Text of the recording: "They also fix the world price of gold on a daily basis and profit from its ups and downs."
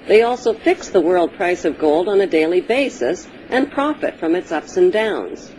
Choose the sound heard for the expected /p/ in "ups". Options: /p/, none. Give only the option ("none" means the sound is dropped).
/p/